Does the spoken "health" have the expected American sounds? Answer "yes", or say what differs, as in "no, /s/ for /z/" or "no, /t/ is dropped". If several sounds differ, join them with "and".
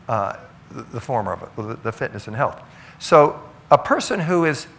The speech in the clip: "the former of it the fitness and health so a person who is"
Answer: yes